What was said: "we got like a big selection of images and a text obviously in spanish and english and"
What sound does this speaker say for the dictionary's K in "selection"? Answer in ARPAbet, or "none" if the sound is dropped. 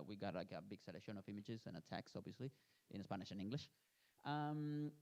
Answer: none